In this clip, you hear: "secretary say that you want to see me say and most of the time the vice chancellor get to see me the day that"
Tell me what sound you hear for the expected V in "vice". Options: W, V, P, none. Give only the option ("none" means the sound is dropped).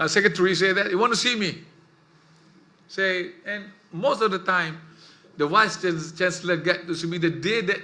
W